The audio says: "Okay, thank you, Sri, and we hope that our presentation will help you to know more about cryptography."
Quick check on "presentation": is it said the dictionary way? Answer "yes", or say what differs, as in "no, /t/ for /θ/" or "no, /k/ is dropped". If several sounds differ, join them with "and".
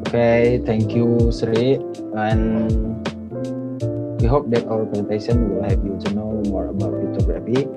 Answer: no, /ɹ/ is dropped